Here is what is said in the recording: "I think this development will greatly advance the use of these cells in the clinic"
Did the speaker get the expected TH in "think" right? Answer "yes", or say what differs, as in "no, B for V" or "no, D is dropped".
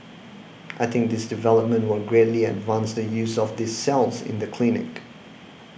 yes